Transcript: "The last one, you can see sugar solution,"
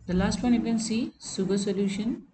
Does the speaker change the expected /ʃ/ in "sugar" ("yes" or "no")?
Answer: yes